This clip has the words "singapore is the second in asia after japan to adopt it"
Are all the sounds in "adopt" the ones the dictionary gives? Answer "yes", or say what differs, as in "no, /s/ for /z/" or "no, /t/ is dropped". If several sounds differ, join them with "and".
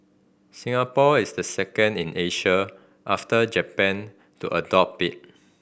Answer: no, /t/ is dropped